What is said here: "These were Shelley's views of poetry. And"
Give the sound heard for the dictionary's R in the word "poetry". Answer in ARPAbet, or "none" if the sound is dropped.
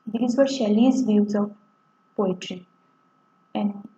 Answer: R